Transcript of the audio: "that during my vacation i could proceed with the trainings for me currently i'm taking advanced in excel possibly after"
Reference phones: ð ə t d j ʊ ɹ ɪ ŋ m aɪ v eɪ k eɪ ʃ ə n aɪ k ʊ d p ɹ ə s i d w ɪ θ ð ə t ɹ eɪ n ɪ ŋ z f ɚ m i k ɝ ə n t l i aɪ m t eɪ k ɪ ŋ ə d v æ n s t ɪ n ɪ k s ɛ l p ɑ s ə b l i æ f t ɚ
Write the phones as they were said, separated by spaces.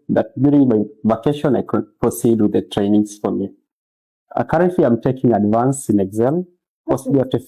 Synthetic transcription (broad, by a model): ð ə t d j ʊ ɹ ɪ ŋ m aɪ v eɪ k eɪ ʃ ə n aɪ k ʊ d p ɹ ə s i d w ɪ ð ə t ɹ eɪ n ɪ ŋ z f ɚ m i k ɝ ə n t l i aɪ m t eɪ k ɪ ŋ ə d v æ n s ɪ n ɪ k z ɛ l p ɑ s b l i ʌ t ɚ